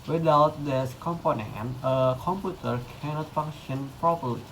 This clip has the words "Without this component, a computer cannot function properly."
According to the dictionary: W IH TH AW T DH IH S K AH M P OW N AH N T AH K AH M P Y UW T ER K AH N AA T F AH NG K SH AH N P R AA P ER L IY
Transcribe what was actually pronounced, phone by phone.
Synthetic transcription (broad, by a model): W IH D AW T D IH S K AH M P OW N AH N T AH K AH M P Y UW T ER K AH N AA T F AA NG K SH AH N P R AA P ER L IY